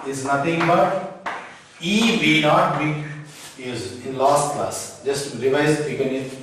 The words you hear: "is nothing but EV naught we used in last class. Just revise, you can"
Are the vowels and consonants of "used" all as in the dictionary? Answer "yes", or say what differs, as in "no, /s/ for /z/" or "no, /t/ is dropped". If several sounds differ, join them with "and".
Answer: no, /d/ is dropped